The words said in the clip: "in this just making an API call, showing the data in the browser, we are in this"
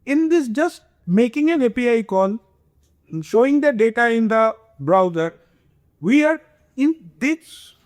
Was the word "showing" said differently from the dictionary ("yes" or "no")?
no